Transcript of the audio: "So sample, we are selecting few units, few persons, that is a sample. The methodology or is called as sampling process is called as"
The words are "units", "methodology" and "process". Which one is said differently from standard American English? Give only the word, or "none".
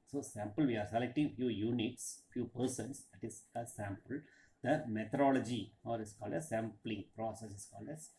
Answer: methodology